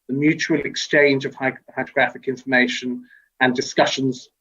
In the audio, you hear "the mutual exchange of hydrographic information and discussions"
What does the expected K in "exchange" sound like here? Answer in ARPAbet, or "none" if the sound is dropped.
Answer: K